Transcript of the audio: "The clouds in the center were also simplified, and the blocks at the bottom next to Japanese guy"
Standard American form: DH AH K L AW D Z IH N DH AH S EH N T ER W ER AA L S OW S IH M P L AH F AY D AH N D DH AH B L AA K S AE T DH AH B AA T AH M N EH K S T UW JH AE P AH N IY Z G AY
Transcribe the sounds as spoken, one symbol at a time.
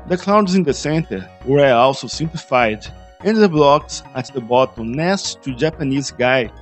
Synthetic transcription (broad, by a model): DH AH K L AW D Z IH N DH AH S EH N T ER W ER AA L S OW S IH M P L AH F AY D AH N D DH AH B L AA K S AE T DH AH B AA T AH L N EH S T UW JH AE P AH N IY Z G AY